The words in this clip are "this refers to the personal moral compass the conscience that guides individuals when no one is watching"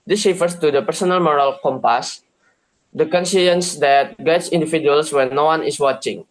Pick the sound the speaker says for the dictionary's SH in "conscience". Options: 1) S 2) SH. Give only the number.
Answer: 1